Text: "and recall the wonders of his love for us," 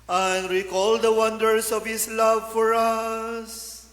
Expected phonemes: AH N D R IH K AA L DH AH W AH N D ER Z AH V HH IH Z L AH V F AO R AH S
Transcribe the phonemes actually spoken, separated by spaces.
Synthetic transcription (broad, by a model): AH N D R IH K AA L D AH W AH N D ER S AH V HH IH S L AH V F AO R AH S